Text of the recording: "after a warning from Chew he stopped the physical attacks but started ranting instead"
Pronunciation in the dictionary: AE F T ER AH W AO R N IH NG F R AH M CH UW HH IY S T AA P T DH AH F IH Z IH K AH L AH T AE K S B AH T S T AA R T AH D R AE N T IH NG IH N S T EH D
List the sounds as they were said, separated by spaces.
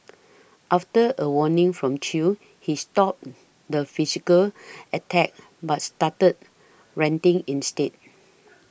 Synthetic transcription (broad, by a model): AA F T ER AH W AO N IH NG F R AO M CH UW HH IY S T AA P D AH F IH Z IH K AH L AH T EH K B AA T S T AA T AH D R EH N T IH NG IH N S T EH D